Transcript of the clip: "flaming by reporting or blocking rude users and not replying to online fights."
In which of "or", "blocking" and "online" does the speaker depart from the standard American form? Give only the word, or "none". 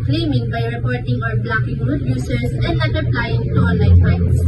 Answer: or